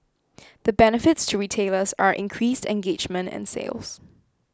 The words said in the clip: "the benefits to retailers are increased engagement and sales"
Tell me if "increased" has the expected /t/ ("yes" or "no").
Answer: yes